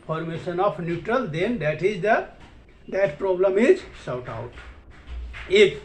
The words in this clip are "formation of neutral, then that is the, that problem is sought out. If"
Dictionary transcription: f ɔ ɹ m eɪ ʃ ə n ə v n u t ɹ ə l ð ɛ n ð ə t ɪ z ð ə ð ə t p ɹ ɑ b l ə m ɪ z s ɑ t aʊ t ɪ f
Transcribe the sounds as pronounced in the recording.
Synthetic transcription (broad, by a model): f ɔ ɹ m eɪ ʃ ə n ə p n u t ɹ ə l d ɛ n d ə t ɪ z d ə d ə t p ɹ ɑ b l ə m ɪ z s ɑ t aʊ t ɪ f